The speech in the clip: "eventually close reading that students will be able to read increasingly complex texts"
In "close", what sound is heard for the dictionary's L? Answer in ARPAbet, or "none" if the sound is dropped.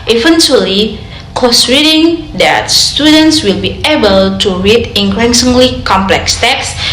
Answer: none